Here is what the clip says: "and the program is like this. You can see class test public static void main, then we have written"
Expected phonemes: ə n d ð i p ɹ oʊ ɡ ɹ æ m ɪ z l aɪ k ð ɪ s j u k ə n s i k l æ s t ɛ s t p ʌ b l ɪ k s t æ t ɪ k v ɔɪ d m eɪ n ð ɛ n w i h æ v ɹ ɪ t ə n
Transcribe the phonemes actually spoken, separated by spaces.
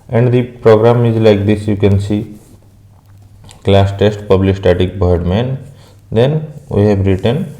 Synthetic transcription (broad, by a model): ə n d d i p ɹ oʊ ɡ ɹ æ m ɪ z l aɪ k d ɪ s j u k ə n s i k l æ s t ɛ s t p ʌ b l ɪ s t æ t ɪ k b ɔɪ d m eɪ n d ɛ n w i h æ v ɹ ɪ t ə n